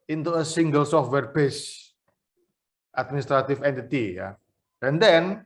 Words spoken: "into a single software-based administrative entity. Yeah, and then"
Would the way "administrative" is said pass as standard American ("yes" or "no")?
no